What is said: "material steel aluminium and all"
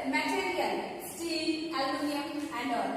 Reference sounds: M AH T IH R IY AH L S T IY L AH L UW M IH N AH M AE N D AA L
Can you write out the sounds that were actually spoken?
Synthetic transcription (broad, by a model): M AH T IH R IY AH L S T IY N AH L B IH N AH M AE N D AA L